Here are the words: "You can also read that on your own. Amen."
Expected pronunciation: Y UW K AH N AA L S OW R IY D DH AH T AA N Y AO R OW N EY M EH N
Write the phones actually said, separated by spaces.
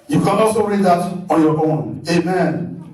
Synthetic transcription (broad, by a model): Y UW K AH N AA S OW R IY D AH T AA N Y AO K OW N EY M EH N